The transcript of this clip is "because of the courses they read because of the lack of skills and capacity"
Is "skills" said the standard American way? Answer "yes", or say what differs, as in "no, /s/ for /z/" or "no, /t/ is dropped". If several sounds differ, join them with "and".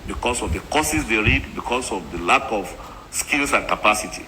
no, /s/ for /z/